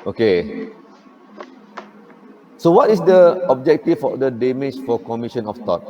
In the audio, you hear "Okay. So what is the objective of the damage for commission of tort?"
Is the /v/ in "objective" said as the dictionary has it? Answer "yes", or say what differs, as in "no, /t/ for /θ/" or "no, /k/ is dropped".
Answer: no, /f/ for /v/